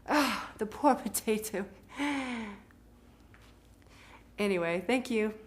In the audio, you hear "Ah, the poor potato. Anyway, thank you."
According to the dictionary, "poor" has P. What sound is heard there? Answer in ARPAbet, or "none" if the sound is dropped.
P